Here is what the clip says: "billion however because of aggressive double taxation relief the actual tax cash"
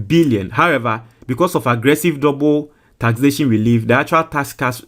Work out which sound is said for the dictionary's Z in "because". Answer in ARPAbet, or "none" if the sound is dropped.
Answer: S